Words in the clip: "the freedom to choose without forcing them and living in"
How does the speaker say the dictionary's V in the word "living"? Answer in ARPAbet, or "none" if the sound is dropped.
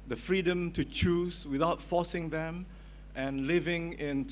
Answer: V